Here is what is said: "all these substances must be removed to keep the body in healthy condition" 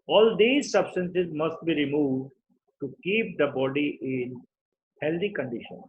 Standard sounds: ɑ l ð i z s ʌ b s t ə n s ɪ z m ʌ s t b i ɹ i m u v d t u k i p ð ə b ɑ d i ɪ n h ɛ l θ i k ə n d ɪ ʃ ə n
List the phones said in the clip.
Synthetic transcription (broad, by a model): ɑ l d i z s ʌ b s t ə n s ɪ z m ʌ s t b i ɹ i m u v d t u k i p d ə b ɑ d i ɪ n h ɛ l t i k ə n d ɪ ʃ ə n